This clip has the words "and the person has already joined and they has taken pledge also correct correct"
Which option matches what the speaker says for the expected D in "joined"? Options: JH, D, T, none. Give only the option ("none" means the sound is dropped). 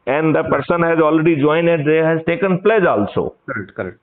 none